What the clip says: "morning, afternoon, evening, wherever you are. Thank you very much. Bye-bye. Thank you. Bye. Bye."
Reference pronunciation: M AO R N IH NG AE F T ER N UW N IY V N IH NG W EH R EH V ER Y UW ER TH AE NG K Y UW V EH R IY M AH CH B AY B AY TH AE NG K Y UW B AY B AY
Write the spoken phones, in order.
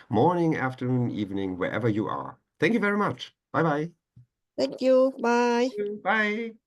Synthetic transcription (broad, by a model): M AO R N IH NG AE F T ER N UW N IY V N IH NG W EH R EH V ER Y UW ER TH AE NG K Y UW V EH R IY M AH CH B AY B AY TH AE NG K Y UW B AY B AY